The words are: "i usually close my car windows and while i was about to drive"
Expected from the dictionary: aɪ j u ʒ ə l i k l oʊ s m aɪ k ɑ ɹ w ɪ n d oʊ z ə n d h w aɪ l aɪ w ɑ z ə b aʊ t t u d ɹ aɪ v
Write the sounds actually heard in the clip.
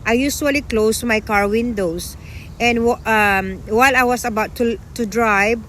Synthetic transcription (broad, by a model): aɪ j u s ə l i k l oʊ s m aɪ k ɑ ɹ w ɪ n d oʊ s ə n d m w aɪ l aɪ w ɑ s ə b aʊ t t u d ɹ aɪ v